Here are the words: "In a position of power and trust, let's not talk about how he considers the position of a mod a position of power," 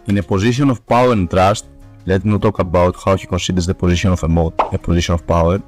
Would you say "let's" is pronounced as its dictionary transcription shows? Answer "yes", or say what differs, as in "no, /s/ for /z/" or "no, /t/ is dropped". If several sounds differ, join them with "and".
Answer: no, /s/ is dropped